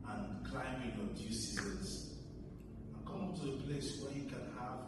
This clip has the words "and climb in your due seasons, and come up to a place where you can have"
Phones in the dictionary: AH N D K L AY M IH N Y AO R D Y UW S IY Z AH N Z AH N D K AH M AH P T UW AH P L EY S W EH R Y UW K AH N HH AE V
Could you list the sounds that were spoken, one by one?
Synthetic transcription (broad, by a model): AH N K L AY M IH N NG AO D Y UW S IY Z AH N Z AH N K AH M T UW AH P L EY S W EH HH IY K AH N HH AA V